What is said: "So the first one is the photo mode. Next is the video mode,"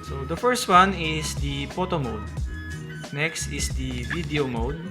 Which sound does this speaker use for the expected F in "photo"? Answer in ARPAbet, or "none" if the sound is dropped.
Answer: P